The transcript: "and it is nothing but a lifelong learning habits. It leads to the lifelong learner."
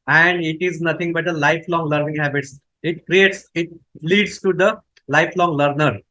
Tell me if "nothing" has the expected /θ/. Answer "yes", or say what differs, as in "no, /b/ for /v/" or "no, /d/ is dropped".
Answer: no, /t/ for /θ/